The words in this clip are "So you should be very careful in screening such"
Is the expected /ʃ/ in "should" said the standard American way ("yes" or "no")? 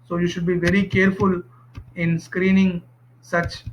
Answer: yes